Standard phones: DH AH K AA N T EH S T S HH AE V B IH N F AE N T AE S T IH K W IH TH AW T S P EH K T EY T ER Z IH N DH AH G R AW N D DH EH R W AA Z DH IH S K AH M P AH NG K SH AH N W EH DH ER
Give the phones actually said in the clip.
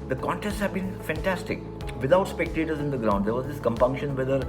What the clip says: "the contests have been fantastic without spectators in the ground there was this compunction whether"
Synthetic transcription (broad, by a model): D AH K AA N T EH S T S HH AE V B IH N F AE N T AE S T IH K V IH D AW T S P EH K T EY T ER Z IH N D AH G R AW N D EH R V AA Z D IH S K AH M P AH NG K SH AH N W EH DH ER